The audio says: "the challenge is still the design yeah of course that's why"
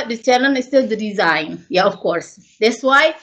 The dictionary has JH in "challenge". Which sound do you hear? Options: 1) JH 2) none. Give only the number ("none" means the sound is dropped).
2